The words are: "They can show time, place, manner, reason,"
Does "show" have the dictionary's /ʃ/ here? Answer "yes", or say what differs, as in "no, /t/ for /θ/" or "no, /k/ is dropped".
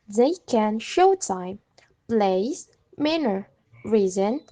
yes